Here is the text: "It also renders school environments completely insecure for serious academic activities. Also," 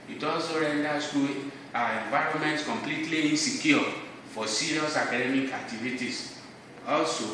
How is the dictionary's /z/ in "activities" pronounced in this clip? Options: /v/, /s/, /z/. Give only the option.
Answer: /s/